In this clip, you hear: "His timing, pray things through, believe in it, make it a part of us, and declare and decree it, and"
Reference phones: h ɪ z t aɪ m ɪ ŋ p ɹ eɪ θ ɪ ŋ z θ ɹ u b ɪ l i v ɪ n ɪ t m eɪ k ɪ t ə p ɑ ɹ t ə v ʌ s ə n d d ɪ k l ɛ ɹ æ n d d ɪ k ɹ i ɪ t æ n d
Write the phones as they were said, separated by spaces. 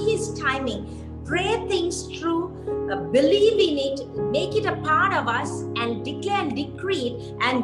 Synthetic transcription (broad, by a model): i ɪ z t aɪ m ɪ ŋ p ɹ eɪ t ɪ ŋ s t ɹ u b ɪ l i v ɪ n ɪ t m eɪ k ɪ t ə p ɑ ɹ t ə v ʌ s ə n d d ɪ k l ɛ ɹ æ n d d ɪ k ɹ i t t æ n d